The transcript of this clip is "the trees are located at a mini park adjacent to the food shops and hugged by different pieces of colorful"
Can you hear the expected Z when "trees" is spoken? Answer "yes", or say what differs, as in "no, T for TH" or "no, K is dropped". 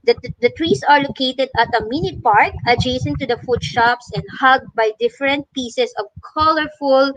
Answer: no, S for Z